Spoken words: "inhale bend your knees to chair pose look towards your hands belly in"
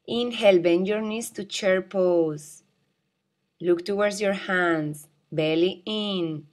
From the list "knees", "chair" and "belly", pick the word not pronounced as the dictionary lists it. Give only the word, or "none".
knees